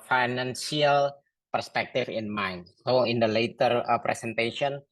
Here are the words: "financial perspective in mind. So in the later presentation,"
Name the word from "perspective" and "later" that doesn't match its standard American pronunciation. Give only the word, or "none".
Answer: perspective